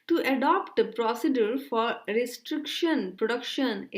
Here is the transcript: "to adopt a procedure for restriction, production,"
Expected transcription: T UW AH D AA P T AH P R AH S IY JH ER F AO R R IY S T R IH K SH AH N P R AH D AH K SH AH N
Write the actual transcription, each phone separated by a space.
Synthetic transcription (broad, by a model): T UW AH D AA P T AH P R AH S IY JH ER F AO R R IY S T R IH K SH AH N P R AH D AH K SH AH N